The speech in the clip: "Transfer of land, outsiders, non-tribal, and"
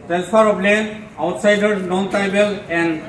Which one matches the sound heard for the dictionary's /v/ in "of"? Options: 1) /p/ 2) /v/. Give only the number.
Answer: 1